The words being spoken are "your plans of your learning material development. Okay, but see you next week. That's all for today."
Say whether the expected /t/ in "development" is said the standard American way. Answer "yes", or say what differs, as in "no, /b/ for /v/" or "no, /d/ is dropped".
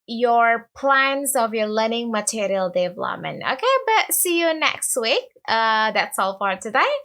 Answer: no, /t/ is dropped